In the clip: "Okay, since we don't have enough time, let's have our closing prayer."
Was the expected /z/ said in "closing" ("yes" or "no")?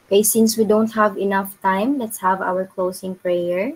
no